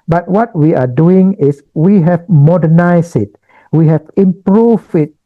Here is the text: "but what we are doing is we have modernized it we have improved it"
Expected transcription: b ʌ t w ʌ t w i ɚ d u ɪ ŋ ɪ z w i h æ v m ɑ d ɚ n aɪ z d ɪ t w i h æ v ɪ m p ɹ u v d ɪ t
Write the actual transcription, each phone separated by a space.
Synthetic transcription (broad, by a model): b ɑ t w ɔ t w i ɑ d u ɪ ŋ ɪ s w i h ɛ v m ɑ d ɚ n aɪ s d ɪ t w i h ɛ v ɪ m p ɹ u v ɪ t